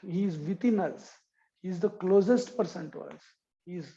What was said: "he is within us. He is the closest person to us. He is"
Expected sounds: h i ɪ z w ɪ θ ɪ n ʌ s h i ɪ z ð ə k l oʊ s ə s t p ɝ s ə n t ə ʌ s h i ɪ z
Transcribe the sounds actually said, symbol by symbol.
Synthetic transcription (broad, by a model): h i ɪ z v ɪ t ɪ n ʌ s h i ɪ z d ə k l oʊ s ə s t p ɝ s ə n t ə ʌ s h i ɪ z